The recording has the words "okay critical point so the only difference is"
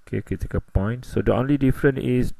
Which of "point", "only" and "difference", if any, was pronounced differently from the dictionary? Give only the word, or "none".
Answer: difference